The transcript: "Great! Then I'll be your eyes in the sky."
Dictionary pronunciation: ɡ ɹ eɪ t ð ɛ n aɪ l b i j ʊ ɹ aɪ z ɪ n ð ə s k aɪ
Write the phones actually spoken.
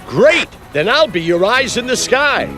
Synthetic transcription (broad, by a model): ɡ ɹ eɪ t ð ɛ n aɪ l b i j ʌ ɹ aɪ z ɪ n ð ə s k aɪ